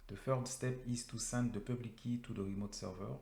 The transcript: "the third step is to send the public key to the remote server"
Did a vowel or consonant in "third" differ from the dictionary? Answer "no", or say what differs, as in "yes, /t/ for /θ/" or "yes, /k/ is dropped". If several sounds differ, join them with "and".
yes, /f/ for /θ/